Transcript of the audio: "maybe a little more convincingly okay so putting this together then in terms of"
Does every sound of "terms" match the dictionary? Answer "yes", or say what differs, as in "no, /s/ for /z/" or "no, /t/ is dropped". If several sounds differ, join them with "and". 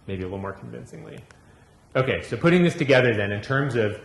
yes